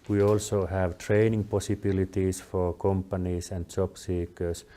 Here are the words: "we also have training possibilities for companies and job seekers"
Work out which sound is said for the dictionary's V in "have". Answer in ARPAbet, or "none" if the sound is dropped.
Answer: V